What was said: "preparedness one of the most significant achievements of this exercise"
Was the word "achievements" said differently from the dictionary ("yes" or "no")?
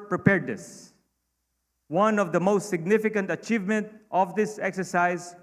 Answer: yes